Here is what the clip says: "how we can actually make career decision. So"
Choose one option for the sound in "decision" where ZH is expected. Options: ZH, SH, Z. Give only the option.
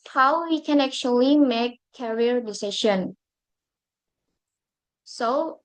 SH